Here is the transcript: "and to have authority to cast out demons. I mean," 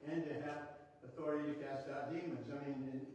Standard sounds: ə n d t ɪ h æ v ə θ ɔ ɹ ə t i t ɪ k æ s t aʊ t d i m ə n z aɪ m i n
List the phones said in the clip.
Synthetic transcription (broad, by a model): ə n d t ɪ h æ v ə θ ɔ ɹ ə t i t ɪ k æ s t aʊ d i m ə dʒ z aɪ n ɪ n